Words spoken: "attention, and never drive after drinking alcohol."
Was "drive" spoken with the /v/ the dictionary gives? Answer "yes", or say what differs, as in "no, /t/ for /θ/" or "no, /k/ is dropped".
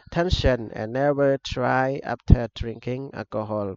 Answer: no, /v/ is dropped